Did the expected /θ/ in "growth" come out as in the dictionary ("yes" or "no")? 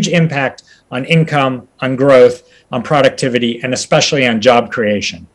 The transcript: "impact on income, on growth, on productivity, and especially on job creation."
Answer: yes